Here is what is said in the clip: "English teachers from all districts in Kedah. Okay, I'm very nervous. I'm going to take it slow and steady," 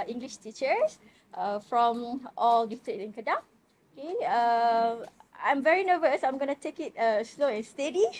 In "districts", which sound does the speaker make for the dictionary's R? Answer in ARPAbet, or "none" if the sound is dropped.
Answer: none